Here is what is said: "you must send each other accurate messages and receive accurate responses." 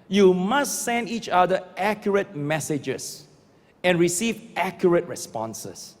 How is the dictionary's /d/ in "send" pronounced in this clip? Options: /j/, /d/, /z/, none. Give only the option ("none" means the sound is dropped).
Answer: /d/